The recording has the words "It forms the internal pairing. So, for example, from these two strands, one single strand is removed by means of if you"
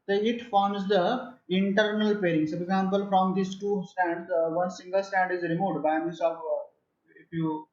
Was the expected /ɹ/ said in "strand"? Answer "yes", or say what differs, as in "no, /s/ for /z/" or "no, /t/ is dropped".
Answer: no, /ɹ/ is dropped